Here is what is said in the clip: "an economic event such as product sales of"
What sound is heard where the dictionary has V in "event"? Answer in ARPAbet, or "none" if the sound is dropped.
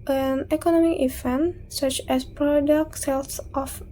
F